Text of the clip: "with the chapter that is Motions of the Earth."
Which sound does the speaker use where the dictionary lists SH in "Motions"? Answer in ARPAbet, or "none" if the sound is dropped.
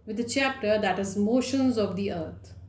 SH